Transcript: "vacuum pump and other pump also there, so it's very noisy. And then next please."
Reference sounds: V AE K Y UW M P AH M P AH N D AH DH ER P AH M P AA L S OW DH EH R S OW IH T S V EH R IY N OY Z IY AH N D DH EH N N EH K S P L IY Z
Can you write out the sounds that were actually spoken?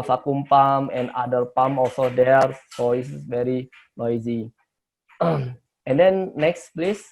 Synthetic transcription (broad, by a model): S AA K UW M P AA M AH N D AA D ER P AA M AA L S OW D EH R S OW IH S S V EH R IY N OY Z IY AH N D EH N N EH K S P L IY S